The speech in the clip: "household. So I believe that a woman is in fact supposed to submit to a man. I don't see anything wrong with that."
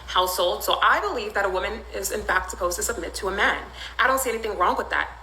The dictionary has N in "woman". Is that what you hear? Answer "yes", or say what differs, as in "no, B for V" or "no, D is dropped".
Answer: yes